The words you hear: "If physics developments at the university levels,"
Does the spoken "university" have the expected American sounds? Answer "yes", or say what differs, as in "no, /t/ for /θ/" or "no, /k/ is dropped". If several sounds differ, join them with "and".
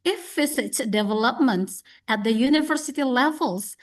yes